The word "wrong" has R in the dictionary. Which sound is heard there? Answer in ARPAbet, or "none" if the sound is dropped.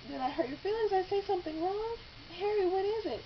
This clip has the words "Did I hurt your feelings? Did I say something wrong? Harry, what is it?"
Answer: R